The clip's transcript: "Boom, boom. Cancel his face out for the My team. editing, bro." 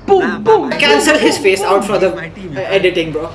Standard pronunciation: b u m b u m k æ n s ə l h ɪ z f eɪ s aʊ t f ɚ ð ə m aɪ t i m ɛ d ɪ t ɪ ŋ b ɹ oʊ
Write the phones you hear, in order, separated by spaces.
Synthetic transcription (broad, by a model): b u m b u m k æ n s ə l h ɪ z f eɪ s aʊ t f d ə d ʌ ɛ d ɪ t ɪ ŋ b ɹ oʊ